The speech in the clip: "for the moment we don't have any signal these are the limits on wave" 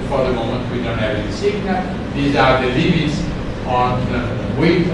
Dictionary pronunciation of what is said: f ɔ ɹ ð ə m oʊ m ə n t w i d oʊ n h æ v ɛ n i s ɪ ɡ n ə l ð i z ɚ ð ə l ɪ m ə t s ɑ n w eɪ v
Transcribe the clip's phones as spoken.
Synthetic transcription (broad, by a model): f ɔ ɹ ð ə m oʊ m ə n t w i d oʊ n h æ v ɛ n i s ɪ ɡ n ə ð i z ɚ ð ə l ɪ m ə t s ɑ n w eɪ